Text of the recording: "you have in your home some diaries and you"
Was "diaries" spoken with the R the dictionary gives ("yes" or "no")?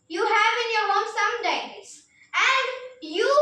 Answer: no